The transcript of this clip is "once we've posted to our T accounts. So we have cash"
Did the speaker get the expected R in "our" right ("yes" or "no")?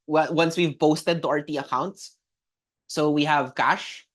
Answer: yes